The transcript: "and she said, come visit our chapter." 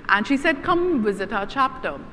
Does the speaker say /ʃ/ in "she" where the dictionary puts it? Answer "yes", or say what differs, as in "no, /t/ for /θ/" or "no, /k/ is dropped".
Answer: yes